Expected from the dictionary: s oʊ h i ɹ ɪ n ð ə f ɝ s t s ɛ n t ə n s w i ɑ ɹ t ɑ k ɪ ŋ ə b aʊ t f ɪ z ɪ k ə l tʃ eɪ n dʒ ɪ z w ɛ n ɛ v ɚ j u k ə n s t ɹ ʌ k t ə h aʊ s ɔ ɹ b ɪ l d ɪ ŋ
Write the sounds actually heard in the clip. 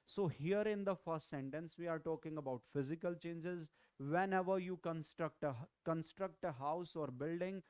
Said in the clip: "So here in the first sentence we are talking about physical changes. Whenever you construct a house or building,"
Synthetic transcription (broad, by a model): s oʊ h i ɹ ɪ n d ə f ɝ s t s ɛ n t ə n s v i ɑ ɹ t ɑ k ɪ ŋ ə b aʊ t f ɪ z ɪ k ə l tʃ eɪ n dʒ ɪ z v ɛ n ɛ v ɚ j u k ə n s t ɹ ʌ k t ə h aʊ s ɔ ɹ b ɪ l d ɪ ŋ